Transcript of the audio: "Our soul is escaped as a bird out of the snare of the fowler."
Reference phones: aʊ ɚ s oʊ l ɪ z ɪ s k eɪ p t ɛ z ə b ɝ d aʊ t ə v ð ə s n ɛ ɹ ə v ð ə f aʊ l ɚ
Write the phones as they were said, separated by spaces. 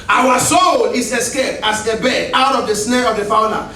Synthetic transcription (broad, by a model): aʊ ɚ s oʊ l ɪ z ɪ s k eɪ p t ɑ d ə b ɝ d aʊ t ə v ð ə s n ɛ ɹ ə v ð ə f aʊ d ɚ